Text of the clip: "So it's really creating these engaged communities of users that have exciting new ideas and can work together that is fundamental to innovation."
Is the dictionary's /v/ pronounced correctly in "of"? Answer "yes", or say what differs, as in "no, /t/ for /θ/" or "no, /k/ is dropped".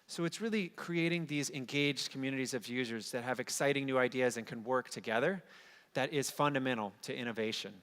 yes